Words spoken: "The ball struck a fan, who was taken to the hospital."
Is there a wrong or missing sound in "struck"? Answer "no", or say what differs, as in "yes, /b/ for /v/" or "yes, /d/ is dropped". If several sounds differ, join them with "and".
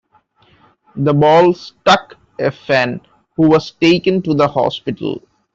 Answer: yes, /ɹ/ is dropped